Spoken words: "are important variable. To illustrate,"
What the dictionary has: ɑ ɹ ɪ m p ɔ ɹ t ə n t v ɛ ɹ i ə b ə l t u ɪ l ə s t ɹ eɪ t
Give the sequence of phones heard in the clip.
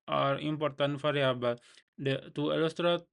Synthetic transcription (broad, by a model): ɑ ɹ ɪ m p ɔ ɹ t ə n t f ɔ ɹ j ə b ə t u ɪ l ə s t ɹ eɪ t